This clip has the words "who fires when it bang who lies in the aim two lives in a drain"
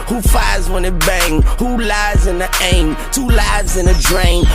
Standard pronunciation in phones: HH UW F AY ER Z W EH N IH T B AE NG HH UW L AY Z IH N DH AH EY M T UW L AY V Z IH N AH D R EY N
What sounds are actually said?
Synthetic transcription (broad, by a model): HH UW F AY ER Z W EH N IH T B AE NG HH UW L AY Z IH N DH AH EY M T UW L AY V Z IH N AH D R EY N